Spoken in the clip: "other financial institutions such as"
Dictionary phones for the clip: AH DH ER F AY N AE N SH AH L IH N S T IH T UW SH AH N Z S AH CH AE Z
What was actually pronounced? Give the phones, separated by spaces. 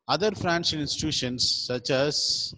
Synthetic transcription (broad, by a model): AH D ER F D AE N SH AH N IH N S T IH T UW SH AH N S AH CH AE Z